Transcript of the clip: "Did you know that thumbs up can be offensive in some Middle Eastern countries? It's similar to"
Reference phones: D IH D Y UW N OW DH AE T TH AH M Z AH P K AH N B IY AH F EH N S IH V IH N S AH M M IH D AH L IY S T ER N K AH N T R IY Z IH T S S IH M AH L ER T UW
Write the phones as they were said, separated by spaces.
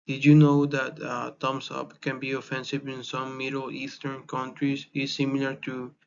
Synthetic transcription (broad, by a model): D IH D Y UW N OW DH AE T T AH M S AH P K AH N B IY AH F EH N S IH V IH N S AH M M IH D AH L IY S T ER N K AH N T R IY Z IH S S IH M AH L ER T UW